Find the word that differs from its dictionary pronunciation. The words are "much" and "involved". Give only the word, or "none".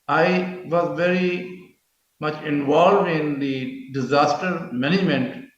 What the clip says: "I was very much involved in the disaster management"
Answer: none